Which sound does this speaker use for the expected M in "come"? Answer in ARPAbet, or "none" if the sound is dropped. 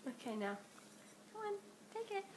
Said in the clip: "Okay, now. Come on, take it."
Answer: none